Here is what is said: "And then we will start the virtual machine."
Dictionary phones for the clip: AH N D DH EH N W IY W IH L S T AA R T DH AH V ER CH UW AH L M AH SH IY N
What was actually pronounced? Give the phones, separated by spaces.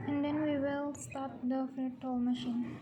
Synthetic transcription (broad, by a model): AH N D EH N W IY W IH L S T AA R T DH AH F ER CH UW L M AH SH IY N